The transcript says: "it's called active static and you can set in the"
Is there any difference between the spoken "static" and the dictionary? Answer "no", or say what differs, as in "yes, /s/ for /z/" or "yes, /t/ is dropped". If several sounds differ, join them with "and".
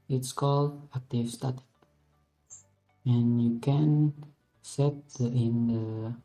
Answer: yes, /k/ is dropped